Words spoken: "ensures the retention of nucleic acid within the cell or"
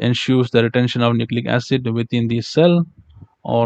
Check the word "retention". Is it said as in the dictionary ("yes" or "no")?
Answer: yes